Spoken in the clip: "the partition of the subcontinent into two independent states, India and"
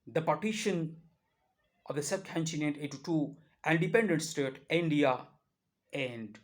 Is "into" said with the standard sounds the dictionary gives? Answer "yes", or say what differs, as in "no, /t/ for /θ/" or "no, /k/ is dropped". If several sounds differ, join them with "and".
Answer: no, /n/ is dropped